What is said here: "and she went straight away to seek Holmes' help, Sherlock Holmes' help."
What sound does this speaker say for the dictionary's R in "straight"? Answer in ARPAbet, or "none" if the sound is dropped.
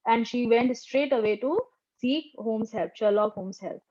R